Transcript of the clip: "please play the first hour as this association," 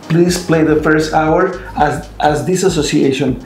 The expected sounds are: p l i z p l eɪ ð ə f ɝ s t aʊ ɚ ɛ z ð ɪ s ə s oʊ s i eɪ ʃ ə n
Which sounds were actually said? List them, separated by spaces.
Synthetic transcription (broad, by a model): p l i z p l eɪ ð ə f ɝ s t aʊ ɚ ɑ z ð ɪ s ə s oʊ s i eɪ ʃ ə n